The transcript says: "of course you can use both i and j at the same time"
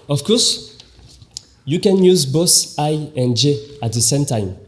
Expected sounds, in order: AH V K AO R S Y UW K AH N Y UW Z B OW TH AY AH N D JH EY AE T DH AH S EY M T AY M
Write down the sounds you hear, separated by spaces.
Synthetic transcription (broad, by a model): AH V K AO S Y UW K AH N Y UW Z B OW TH AY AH N JH EY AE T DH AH S EY M T AY M